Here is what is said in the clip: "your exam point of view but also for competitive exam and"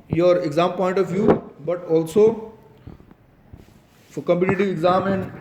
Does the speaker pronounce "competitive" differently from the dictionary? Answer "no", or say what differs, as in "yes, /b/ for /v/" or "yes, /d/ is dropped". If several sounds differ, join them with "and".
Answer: yes, /v/ is dropped